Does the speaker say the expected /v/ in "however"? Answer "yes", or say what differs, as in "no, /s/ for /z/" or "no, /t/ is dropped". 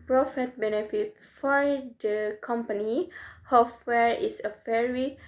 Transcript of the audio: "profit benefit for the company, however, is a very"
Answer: no, /w/ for /v/